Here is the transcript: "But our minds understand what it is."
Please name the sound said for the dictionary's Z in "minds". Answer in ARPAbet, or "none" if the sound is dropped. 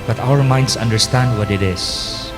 S